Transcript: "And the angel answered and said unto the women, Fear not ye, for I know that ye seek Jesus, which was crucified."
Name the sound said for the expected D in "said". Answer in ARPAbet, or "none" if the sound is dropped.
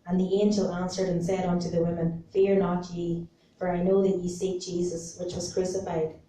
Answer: D